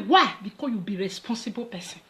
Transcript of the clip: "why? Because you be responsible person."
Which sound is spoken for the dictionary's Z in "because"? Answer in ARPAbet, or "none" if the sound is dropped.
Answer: none